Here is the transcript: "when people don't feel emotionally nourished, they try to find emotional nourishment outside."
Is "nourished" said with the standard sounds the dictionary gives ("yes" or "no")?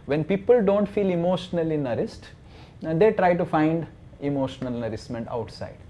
no